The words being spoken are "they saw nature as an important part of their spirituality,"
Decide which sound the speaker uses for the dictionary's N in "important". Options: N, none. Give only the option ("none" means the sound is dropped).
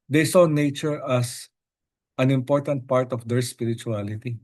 N